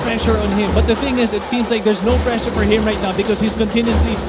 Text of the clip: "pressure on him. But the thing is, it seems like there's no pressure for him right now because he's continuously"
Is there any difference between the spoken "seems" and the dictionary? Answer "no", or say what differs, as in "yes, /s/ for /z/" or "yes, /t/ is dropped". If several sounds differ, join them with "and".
no